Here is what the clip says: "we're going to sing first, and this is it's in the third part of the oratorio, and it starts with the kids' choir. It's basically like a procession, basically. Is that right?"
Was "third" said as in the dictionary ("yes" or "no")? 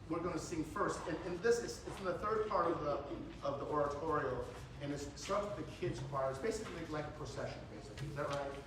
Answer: yes